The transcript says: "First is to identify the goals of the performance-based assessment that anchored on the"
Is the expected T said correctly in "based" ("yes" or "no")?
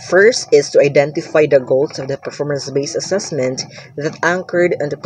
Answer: no